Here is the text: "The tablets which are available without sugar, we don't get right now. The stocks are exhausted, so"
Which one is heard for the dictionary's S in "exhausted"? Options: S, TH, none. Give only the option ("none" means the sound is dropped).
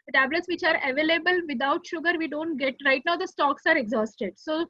S